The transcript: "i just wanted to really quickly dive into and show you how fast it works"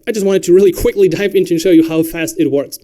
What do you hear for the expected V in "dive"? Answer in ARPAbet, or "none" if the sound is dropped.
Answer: P